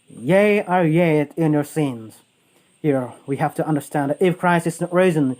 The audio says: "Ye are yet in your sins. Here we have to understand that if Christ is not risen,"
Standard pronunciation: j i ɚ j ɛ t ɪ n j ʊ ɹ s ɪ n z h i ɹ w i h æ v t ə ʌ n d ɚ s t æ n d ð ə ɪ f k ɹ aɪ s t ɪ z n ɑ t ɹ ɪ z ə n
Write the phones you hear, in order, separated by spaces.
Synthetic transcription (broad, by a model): j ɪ ɚ j ɛ t ɪ n j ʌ ɹ s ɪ n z h i ɹ w i h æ f t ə ʌ n d ɚ s t æ n d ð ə ɪ f k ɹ aɪ s ɪ s n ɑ t ɹ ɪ z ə n